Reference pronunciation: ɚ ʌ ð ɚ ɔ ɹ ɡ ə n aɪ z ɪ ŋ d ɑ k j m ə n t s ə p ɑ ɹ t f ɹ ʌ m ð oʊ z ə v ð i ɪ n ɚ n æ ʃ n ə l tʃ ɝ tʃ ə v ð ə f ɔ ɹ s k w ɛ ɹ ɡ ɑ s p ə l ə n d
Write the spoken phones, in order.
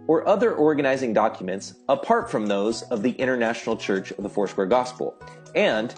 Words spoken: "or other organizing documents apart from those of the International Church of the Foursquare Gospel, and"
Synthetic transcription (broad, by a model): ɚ ʌ ð ɚ ɔ ɹ ɡ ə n aɪ z ɪ ŋ d ɑ k j m ə n t s ə p ɑ ɹ t f ɹ ʌ m ð oʊ z ə v ð i ɪ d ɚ n æ ʃ n l tʃ ɝ tʃ ə v ð ə f ɔ ɹ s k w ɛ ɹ ɡ ɑ s p l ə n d